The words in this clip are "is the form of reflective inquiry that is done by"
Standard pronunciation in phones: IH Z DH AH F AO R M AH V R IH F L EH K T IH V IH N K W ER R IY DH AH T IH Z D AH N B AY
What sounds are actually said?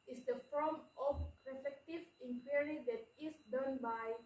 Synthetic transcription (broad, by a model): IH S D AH F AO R M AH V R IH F EH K T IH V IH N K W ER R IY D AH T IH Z D AH N B AY